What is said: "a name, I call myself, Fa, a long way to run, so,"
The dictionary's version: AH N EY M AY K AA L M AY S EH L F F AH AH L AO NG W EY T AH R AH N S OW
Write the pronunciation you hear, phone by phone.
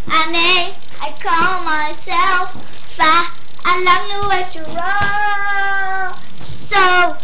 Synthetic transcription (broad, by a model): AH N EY AY K AA L M AY S EH L F F AH AH L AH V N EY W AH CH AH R S OW